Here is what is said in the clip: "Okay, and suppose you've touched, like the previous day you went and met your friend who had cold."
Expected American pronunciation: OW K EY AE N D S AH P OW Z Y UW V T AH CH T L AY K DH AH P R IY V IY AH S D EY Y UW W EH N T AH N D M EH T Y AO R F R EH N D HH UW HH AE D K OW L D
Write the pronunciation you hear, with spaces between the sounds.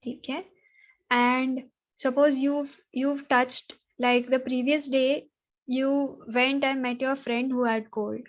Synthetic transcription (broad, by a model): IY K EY AE N D S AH P OW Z Y UW V T AH CH T L AY K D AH P R IY V IY AH S D EY Y UW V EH N T AH N D M EH T Y AO R F R EH N D HH UW HH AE D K OW L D